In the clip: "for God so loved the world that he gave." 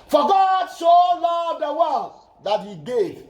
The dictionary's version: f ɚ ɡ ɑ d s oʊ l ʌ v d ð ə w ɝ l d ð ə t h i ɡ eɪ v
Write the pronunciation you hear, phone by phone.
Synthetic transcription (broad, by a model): f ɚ ɡ ɑ d s oʊ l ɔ d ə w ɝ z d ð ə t h i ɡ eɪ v